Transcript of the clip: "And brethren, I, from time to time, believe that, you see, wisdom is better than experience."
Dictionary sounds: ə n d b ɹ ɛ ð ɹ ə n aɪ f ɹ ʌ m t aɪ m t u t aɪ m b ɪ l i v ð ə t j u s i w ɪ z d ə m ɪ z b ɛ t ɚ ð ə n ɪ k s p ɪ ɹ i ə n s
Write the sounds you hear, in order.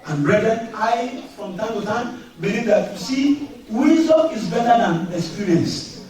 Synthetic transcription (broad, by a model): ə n b ɹ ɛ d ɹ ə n aɪ f ɹ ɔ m t aɪ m t u t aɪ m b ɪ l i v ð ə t j u s i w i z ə ɪ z b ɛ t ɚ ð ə n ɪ k s p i ɹ i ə n s